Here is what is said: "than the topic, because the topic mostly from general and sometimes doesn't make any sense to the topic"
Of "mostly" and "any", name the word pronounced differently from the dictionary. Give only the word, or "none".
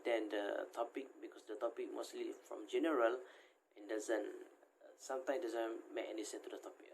none